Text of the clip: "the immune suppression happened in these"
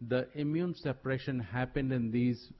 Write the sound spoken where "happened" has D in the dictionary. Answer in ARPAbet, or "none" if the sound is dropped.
D